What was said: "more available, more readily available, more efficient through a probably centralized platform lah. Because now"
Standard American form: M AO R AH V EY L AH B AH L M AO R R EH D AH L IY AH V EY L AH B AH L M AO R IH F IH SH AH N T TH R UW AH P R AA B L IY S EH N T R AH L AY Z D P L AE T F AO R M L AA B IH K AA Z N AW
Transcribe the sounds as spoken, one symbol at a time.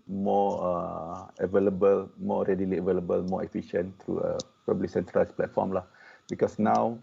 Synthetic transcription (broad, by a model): M AO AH AH V EY L AH B AH L M AO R R EH D AH L IY AH V EY L AH B AH L M AO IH F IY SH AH N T R UW AH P AA B L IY S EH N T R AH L AY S P L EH T F AO M L AA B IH K AA S N AW